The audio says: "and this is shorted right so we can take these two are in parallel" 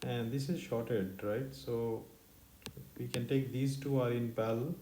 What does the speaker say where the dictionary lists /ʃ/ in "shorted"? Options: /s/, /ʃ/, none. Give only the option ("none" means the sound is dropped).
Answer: /ʃ/